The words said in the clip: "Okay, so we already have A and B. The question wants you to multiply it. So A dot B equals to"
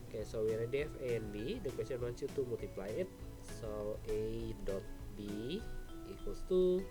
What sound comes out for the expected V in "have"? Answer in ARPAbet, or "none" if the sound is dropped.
F